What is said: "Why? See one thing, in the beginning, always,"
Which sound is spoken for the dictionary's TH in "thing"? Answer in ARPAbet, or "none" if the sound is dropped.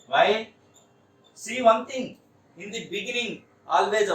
T